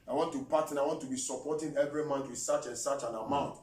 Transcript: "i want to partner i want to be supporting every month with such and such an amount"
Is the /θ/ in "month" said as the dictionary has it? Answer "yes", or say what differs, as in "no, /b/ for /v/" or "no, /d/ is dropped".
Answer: no, /t/ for /θ/